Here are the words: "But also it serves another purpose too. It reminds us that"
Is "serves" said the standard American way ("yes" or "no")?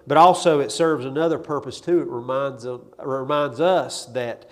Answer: yes